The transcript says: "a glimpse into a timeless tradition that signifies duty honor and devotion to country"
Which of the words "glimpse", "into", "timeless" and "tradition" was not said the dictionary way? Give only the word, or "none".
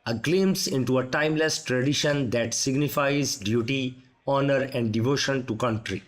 glimpse